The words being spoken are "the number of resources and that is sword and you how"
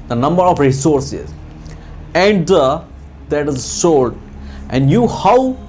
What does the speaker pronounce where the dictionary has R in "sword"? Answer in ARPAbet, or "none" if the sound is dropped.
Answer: L